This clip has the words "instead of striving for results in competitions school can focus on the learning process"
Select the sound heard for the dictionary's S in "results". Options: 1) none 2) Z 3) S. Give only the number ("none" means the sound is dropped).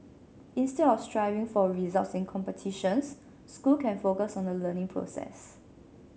3